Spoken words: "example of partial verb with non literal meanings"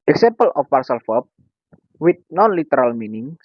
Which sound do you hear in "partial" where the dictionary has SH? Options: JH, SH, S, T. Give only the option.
S